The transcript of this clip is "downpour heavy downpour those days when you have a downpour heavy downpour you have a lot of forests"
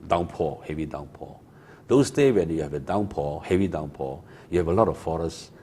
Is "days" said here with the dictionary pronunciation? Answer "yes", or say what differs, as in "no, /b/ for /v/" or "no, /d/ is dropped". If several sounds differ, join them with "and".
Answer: no, /z/ is dropped